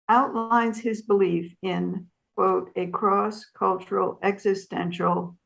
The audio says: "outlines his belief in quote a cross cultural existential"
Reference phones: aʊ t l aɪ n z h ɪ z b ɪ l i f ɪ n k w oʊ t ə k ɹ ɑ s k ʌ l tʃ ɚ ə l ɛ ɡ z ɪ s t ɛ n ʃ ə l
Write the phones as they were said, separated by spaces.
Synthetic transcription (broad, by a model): aʊ t l aɪ n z h ɪ z b ɪ l i f ɪ n k w oʊ t ə k ɹ ɑ s k ʌ l tʃ ɚ l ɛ ɡ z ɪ s t ɛ n ʃ l